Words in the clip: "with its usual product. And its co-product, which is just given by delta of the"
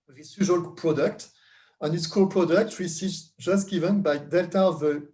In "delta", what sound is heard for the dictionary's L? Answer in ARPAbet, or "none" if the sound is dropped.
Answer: L